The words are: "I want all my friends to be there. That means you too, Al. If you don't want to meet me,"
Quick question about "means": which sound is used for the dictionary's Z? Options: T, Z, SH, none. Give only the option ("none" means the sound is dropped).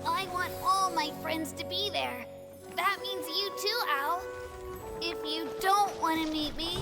Z